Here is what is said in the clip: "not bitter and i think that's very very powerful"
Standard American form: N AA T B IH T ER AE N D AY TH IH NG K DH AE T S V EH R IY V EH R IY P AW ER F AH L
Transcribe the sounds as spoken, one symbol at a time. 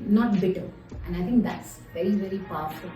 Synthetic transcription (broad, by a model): N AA T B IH T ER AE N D AY T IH NG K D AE T S V EH R IY V EH R IY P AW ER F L